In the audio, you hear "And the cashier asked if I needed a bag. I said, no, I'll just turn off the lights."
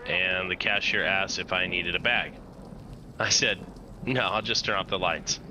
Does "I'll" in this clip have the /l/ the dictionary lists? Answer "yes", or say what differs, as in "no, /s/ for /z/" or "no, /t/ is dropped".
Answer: yes